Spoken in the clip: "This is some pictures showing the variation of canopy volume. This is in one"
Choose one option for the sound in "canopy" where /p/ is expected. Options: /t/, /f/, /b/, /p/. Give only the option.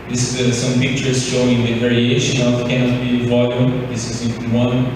/b/